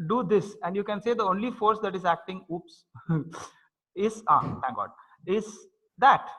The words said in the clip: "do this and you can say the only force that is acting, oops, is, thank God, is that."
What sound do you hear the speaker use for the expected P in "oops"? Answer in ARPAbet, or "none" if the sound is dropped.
P